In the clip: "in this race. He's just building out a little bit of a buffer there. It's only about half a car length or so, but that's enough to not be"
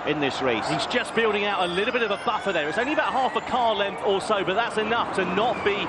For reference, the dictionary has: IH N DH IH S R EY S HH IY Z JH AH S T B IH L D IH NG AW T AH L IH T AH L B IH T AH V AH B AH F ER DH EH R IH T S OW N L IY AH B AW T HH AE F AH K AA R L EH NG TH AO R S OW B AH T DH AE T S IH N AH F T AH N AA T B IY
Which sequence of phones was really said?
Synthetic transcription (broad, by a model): IH N DH IH S R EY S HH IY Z JH AH S B IH L D IH NG AW T AH L IH T L B IH T AH V AH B AH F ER DH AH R IH T S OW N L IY AH B AW T HH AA F AH K AA L EH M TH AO L S OW B AH T DH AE T S IH N AH F T AH N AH T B IY